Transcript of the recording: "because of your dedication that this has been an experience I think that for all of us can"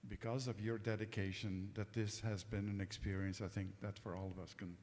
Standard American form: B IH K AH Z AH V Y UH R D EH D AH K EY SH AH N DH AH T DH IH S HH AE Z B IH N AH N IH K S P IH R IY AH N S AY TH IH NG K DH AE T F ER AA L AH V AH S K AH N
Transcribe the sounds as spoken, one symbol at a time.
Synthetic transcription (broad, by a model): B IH K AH Z AH V Y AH R D EH D AH K EY SH AH N DH AH T DH IH S HH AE Z B IH N AH N IH K S P IH R IY AH N S AY TH IH NG K DH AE T F ER AA L AH V AH S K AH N